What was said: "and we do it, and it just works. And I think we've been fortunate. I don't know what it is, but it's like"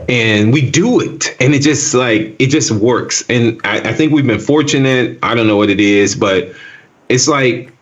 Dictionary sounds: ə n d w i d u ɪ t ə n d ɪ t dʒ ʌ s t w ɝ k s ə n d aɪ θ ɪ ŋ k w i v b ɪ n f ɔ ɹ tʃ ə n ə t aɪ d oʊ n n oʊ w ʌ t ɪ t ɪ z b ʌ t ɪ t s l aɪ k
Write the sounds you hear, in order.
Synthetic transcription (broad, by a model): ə n w i d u ɪ t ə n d ɪ t dʒ ʌ s t w ɝ k s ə n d aɪ θ ɪ ŋ k w i v b ɪ n f ɔ ɹ tʃ ə n ə t aɪ d oʊ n n oʊ w ʌ t ɪ t ɪ z b ʌ t ɪ t s l aɪ k